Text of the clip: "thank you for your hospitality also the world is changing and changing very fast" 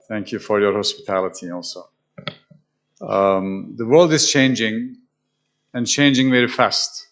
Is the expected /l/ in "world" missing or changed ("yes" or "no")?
no